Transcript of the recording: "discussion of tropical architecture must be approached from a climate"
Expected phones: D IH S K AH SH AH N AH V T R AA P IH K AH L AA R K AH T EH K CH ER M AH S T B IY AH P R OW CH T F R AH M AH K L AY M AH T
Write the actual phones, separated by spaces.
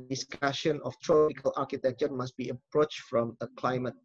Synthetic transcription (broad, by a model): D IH S K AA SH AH N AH F T R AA IH K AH L AA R K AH T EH K CH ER M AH S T B IY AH P R OW CH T F R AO M AH K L AY M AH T